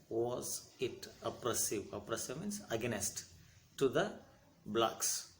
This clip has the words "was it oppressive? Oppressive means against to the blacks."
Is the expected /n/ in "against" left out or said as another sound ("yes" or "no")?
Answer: yes